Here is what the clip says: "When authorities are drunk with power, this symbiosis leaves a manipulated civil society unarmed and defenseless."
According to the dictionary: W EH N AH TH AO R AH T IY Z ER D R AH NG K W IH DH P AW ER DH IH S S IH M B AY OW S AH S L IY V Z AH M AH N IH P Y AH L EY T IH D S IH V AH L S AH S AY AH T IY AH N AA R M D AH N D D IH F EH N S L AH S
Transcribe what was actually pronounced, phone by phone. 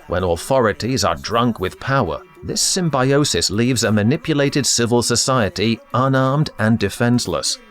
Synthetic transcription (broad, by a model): W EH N AH TH AO R AH T IY Z ER D R AH NG K W IH DH P AW ER DH IH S S IH M B AY OW S AH S L IY V Z AH M AH N IH P Y AH L EY T IH D S IH V AH L S AH S AY AH T IY AH N AA R M D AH N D D IH F EH N S L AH S